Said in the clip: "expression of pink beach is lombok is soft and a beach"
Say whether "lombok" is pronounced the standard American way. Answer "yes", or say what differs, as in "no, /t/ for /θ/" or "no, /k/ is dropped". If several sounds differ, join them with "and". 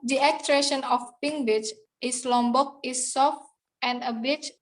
yes